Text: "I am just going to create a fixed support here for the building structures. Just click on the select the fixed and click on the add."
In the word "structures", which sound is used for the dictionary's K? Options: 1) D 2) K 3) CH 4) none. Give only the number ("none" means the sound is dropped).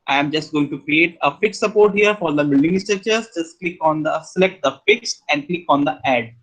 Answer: 4